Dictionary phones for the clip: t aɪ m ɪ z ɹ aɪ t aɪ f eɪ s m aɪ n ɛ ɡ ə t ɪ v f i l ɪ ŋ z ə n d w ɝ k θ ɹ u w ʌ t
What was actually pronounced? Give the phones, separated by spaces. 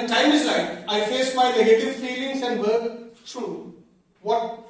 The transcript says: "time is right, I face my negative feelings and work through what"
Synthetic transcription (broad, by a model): t aɪ m ɪ z l aɪ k aɪ f eɪ s m aɪ n ɛ ɡ ə t ɪ v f i l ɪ ŋ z ə n d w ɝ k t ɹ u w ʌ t